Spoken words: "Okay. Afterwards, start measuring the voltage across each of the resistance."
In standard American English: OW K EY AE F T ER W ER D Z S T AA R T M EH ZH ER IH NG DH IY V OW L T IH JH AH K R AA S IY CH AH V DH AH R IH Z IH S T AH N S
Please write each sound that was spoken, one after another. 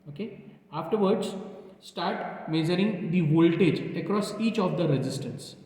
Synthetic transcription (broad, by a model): OW K EY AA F T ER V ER D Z S T AA R T M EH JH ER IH NG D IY V OW L T IH JH AH K R AA S IY CH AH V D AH R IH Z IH S T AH N S